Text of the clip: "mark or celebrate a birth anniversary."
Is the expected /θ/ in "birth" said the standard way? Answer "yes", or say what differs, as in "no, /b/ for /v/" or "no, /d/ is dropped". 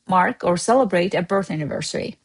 yes